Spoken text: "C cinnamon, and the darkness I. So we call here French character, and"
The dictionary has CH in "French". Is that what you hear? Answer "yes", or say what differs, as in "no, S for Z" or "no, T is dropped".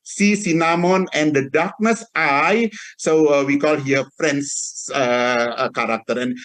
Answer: no, S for CH